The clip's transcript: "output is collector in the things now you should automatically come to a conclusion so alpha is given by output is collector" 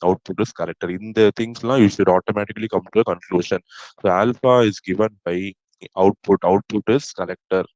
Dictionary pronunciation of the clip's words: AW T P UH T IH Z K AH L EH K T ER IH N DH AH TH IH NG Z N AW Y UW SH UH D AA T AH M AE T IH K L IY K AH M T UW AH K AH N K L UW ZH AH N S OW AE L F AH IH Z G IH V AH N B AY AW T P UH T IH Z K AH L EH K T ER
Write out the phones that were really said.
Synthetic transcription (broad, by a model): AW T P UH T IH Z K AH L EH K T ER IH N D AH T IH NG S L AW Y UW SH UH D AA T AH M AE T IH K L IY K AH M T UW AH K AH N K L UW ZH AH N S OW AE L F AH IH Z G IH V AH N B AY AW T P UH T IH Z K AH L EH K T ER